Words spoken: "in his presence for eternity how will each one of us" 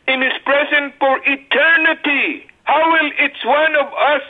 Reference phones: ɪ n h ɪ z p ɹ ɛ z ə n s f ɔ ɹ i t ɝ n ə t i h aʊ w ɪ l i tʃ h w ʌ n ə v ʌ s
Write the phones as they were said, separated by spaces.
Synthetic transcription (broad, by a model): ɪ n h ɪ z p ɹ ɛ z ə n f ɔ ɹ i t ɝ n ə t i h aʊ w ɪ l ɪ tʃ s w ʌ n ə v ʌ s